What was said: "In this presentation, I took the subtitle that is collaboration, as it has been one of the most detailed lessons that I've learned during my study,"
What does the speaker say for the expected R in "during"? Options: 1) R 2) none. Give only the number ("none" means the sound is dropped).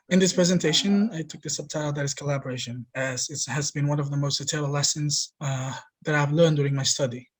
1